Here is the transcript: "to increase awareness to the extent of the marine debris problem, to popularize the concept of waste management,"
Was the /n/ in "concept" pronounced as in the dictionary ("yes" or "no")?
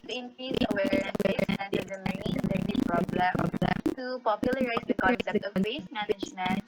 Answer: no